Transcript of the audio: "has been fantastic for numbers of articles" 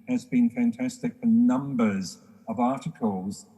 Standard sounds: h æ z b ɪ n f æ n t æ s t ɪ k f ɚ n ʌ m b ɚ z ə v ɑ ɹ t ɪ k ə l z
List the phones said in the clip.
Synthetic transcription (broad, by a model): h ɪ z b ɪ n f æ n t æ s t ɪ k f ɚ n ʌ m b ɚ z ə v ɑ ɹ t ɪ k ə l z